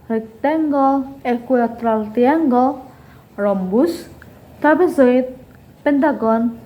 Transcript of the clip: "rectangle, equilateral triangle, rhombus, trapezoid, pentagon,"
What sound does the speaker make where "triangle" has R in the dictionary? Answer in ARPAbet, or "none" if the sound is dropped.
none